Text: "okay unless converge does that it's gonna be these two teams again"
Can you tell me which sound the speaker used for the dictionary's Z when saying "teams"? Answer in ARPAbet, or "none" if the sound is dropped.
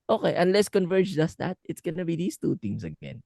S